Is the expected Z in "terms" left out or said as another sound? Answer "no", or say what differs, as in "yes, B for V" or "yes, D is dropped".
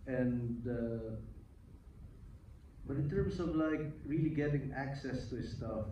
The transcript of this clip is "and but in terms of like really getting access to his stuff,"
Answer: yes, S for Z